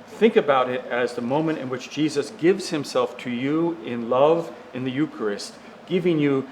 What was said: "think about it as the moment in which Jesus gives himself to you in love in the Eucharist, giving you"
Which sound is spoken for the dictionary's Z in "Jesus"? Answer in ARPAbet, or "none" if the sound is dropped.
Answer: Z